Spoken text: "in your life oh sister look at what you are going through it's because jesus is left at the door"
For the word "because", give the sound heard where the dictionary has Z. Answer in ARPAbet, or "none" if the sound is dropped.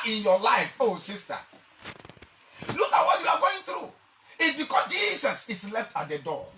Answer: S